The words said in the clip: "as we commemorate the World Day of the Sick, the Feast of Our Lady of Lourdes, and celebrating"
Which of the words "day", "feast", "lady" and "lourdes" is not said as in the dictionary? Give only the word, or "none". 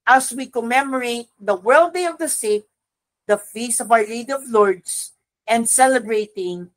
lourdes